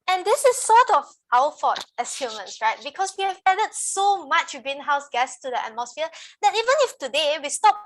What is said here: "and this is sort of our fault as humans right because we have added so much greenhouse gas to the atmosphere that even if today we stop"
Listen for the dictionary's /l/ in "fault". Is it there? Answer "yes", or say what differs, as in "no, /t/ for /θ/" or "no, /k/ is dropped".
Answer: no, /l/ is dropped